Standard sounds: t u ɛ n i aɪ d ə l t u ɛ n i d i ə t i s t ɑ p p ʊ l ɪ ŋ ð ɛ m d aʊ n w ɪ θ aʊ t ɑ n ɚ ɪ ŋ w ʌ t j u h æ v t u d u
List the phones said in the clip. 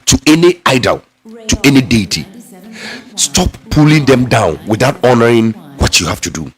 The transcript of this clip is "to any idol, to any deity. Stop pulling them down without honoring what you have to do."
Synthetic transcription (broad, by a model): t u ɛ n i aɪ d ə l t u ɛ n i d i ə t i s t ɑ p p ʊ l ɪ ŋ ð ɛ m d aʊ n w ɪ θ aʊ t ɑ n ɚ ɪ ŋ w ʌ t j u h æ f t u d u